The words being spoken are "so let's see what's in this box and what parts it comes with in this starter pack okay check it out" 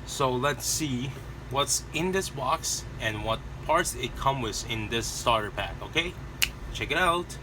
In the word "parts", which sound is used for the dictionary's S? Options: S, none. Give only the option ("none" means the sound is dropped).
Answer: S